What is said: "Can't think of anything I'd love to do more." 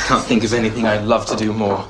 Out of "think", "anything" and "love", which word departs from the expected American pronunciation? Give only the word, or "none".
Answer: none